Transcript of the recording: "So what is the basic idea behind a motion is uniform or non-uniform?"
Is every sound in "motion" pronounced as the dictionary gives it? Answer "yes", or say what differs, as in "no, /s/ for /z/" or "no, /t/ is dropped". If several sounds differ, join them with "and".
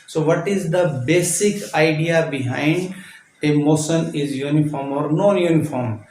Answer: no, /s/ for /ʃ/